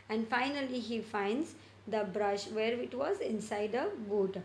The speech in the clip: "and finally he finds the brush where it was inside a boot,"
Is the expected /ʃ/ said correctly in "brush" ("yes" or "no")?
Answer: yes